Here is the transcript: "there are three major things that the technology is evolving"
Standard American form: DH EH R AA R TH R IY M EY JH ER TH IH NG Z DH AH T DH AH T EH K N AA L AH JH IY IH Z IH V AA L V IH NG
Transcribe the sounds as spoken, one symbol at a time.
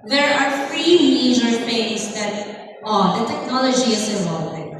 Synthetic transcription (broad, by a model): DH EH R AA R F R IY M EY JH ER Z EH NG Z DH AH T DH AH T EH K N AA L AH JH IY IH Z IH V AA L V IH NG